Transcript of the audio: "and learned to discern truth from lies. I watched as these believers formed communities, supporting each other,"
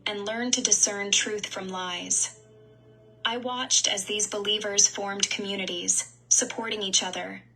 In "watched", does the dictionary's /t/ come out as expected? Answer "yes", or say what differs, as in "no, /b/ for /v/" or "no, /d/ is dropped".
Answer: yes